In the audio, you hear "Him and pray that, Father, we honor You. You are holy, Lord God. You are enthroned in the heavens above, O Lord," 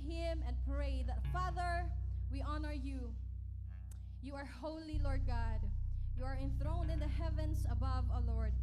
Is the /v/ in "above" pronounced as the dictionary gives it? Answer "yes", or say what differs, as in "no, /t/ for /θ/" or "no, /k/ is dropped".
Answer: yes